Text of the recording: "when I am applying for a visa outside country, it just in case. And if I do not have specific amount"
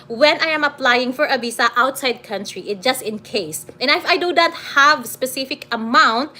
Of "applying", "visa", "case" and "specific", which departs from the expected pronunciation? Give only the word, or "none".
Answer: visa